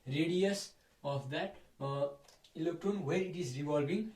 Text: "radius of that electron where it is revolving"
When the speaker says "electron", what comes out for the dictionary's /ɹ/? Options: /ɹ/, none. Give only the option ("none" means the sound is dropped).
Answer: none